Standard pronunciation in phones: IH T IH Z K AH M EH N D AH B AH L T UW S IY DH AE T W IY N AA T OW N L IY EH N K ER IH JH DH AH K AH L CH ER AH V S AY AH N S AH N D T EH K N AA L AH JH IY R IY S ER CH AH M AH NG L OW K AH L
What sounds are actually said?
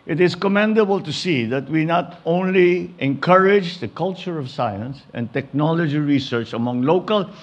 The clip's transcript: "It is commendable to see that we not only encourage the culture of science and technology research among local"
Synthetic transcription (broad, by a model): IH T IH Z K AH M EH N D AH B AH L T UW S IY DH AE T W IY N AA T OW N L IY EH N K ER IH JH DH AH K AH L CH ER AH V S AY AH N S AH N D T EH K N AA L AH JH IY R IY S ER CH AH M AH NG L OW K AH L